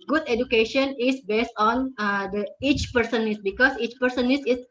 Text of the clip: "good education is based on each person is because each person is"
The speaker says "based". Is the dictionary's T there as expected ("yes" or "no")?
yes